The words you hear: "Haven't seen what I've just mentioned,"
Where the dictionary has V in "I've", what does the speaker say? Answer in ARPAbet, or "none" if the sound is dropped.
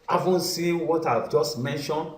V